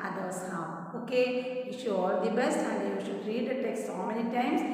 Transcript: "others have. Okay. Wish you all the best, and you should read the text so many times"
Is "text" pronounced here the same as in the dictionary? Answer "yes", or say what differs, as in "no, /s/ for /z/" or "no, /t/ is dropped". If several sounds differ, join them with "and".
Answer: yes